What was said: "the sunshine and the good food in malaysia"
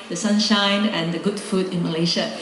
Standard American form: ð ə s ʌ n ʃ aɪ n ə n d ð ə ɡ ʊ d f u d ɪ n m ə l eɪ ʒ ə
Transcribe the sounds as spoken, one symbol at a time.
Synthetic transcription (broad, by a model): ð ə s ʌ n ʃ aɪ n ə n d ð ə ɡ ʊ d f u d ɪ n m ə l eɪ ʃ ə